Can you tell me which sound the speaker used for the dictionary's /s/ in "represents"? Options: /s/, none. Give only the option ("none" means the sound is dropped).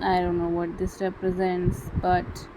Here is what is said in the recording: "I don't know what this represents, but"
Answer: /s/